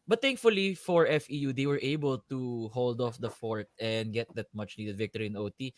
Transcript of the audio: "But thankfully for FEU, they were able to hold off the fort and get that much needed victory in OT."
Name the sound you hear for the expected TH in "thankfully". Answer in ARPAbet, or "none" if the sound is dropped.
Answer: T